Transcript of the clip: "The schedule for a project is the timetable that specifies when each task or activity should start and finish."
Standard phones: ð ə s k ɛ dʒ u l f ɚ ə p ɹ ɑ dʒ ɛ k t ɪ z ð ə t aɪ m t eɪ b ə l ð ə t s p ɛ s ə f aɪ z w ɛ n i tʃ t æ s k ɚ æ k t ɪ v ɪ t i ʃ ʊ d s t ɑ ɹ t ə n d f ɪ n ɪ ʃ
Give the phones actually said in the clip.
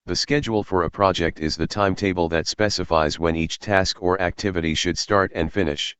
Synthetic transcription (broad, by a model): ð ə s k ɛ dʒ u l f ɚ ə p ɹ ɑ dʒ ɛ k t ɪ z ð ə t aɪ m t eɪ b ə l ð ə t s p ɛ s ə f aɪ z w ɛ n i tʃ t æ s k ɚ æ k t ɪ v ɪ t i ʃ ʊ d s t ɑ ɹ t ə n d f ɪ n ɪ ʃ